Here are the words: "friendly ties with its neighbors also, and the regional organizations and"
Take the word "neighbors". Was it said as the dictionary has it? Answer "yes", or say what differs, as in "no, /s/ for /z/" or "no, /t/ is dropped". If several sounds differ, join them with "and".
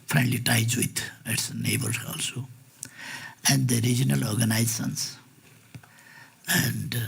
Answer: no, /z/ is dropped